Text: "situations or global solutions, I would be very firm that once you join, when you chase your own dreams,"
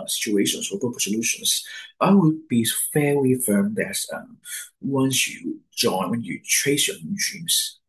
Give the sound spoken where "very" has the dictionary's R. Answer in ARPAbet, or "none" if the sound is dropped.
L